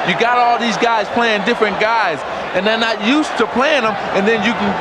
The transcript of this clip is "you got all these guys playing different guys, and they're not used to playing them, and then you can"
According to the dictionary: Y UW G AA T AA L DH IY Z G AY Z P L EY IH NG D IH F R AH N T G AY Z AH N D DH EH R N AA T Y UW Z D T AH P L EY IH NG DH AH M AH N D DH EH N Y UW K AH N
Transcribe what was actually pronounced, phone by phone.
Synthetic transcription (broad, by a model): Y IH G AA T AA L DH IY Z G AY Z P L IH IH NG D IH F R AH N G AY Z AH N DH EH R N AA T Y UW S T AH P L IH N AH M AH N DH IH N Y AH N